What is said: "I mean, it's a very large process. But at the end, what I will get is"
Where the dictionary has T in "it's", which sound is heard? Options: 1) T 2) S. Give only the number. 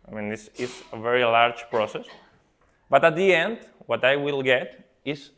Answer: 2